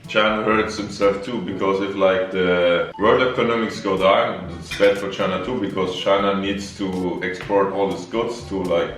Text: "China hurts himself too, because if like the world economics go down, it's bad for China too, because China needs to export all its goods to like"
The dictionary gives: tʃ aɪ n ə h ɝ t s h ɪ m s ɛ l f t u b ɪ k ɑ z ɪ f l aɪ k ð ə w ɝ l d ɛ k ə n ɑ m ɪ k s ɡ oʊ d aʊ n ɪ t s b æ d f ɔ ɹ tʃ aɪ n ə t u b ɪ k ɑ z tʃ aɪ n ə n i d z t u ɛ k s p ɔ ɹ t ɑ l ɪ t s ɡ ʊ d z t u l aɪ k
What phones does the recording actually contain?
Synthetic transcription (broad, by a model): tʃ aɪ n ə h ɝ t s h ɪ m s ɛ l f t u b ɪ k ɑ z ɪ f l aɪ k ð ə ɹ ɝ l ɛ k ə n ɑ m ɪ k s ɡ oʊ d aʊ n ɪ t s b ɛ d f ɔ ɹ tʃ aɪ n ə t u b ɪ k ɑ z tʃ aɪ n ə n i d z t u ɛ k s p ɔ ɹ t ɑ l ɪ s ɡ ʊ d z t u l aɪ k